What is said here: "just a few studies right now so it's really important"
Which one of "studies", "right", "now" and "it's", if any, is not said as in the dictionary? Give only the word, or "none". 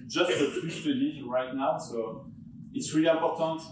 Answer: studies